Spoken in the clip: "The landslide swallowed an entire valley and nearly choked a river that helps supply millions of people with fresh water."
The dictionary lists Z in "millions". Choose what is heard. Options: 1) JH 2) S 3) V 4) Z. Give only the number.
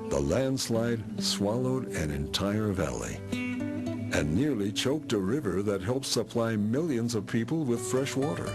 4